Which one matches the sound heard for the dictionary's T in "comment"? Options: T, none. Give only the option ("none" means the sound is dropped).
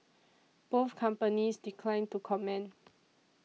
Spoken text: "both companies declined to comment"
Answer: none